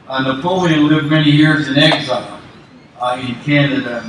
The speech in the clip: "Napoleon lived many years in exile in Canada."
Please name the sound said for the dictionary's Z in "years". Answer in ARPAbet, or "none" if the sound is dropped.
Z